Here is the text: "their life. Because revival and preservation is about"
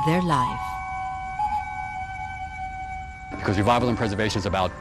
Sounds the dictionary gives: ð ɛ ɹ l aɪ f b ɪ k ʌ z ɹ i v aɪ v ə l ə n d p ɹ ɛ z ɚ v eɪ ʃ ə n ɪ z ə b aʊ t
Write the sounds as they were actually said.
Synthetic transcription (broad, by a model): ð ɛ ɹ l aɪ f b ɪ k ʌ z w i v aɪ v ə l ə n p ɹ ɛ z ɚ v eɪ ʃ ə n z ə b aʊ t